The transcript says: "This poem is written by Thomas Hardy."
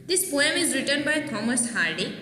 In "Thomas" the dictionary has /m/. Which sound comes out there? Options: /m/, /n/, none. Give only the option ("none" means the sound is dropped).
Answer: /m/